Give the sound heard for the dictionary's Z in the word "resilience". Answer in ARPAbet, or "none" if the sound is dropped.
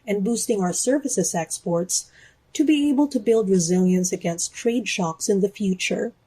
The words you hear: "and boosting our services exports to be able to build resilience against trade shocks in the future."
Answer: Z